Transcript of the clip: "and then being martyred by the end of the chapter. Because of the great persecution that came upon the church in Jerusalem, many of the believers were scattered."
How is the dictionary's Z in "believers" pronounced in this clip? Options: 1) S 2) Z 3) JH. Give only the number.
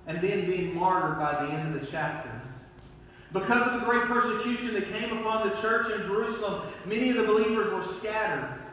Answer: 2